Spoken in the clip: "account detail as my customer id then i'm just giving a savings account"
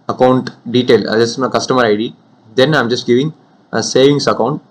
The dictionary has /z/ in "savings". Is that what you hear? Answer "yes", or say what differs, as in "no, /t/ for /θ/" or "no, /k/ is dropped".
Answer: no, /s/ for /z/